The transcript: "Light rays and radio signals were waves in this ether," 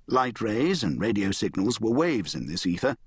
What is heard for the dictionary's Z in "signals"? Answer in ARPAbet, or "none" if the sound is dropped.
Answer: Z